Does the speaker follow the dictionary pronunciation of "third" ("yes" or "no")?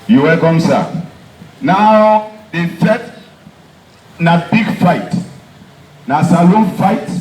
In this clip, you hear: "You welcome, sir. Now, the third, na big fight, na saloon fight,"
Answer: no